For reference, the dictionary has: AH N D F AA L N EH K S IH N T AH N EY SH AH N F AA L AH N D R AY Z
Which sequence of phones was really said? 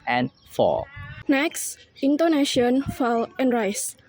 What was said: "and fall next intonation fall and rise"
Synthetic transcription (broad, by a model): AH N F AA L N EH K S IH N T AH N EY SH AH N F AA L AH N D R AY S